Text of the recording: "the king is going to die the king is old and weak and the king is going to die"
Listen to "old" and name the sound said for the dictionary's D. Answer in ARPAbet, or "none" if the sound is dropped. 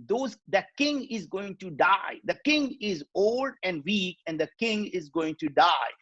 D